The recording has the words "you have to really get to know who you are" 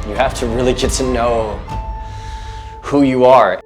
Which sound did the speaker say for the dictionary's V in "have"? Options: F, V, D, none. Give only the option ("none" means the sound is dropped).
F